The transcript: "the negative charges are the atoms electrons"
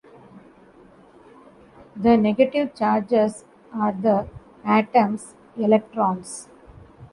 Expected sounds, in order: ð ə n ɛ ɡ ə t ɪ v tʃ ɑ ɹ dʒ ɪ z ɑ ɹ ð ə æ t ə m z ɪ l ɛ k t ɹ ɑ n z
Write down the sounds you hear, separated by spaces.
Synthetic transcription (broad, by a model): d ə n ɛ ɡ ə t ɪ v tʃ ɑ ɹ dʒ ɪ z ɑ ɹ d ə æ t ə m s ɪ l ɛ k t ɹ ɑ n s